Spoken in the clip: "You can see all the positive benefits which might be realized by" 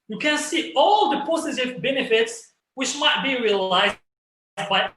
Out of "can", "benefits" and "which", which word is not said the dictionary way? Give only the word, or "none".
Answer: none